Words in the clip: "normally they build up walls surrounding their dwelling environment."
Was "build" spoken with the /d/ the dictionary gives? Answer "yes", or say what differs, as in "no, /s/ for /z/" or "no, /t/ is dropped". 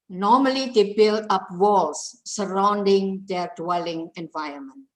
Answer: no, /d/ is dropped